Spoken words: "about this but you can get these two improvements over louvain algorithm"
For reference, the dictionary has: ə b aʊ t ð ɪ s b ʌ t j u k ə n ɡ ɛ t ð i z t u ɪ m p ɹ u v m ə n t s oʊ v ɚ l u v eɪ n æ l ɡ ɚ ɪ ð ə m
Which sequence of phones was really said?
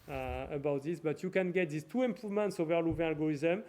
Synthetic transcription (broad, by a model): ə b aʊ t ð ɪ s b ʌ t j u k ə n ɡ ɛ t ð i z t u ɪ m p u v m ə n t s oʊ v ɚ l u v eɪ ɑ l ɡ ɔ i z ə m